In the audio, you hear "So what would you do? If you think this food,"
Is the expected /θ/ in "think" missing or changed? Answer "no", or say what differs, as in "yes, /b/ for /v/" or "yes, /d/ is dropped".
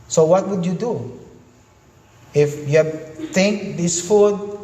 yes, /t/ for /θ/